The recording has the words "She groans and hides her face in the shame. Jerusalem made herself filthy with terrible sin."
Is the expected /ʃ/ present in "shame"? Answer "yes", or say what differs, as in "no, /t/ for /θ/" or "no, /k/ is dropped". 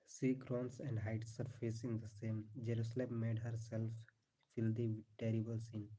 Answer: no, /s/ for /ʃ/